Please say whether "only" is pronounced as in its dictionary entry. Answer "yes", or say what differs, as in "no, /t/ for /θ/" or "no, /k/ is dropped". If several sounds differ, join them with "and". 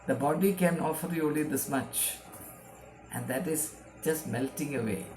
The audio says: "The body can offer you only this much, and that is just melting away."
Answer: no, /n/ is dropped